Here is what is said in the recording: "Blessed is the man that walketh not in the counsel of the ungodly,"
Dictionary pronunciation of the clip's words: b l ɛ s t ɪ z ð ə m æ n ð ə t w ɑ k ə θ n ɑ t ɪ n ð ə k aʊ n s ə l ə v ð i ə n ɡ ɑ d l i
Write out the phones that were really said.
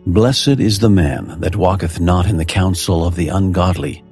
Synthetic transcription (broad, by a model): b l ɛ s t ɪ z ð ə m æ n ð ə t w ɑ k ə θ n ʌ t ɪ n ð ə k aʊ n s l ə v ð i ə n ɡ ɑ d l i